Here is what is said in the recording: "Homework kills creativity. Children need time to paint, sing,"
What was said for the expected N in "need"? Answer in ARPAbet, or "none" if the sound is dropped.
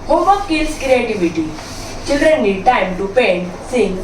L